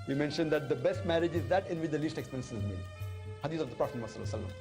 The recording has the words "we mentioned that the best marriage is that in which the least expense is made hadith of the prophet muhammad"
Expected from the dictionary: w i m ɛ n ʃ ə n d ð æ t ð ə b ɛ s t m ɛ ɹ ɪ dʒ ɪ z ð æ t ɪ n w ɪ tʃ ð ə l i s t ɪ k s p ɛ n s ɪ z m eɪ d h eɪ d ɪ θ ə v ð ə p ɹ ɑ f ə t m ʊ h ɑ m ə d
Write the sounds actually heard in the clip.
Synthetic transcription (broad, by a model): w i m ɛ n ʃ ə n d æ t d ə b ɛ s t m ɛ ɹ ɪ dʒ ɪ z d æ t ɪ n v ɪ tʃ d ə l i s t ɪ k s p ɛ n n ɪ z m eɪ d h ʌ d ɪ s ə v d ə p ɹ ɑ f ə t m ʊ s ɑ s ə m